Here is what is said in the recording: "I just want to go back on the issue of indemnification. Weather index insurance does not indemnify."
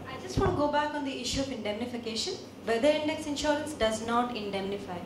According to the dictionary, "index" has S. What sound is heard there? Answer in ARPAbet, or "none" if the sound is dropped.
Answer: S